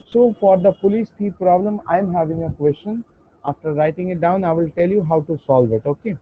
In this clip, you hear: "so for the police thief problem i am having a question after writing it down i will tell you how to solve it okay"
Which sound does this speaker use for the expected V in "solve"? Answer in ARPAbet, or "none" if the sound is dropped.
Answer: V